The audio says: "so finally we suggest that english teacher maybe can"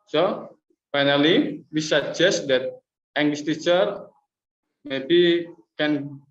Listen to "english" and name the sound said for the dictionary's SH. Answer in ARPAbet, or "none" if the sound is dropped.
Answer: S